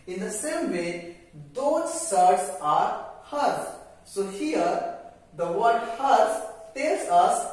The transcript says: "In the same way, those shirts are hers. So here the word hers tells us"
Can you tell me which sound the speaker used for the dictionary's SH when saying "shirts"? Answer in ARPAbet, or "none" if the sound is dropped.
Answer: S